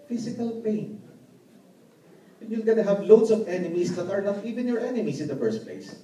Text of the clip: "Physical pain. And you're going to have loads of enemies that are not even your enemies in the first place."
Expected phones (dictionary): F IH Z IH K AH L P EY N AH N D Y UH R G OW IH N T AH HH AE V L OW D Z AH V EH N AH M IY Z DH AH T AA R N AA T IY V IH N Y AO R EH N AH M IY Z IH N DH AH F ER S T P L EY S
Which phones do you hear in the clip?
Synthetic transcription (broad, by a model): F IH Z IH K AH L P EY AH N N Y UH L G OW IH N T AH HH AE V L OW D S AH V EH N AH M IY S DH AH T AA R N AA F IY V IH N Y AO R EH N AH M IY S IH N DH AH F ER S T P L EY S